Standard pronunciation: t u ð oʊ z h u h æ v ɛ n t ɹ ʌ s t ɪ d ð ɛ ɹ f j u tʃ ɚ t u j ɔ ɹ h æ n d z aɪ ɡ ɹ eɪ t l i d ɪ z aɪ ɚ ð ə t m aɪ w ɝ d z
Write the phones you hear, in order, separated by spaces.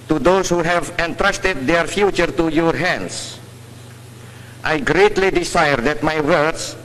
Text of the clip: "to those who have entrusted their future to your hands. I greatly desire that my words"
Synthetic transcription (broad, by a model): t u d oʊ s h u h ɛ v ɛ n t ɹ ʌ s t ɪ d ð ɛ ɹ f j u tʃ ɚ t u j ɔ ɹ h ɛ n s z aɪ ɡ ɹ eɪ t l i d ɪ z aɪ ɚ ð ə t m aɪ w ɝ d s